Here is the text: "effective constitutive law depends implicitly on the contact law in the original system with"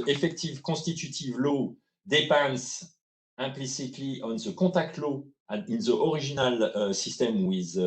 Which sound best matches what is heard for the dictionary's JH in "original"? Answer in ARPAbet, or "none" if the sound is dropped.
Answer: ZH